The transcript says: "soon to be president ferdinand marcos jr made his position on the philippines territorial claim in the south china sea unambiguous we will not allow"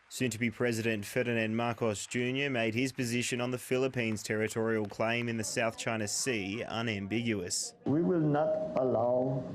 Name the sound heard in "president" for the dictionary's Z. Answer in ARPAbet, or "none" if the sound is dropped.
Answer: Z